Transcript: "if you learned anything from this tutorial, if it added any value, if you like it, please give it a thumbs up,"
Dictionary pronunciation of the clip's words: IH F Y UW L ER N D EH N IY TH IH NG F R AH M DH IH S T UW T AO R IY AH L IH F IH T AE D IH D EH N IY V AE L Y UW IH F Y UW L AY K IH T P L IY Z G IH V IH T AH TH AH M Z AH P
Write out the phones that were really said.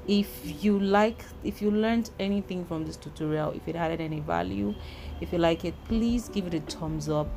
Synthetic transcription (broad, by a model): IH F Y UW L ER N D EH N IY TH IH NG F R AH M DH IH S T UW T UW R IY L IH F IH T AE D IH D EH N IY V AE L Y UW IH F Y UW L AY K IH T P L IY Z G IH V IH T AH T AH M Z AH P